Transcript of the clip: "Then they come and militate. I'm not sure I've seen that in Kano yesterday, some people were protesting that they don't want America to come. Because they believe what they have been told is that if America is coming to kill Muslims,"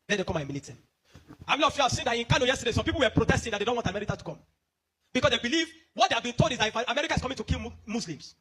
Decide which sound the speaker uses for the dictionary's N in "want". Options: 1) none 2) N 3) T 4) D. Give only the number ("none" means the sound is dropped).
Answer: 1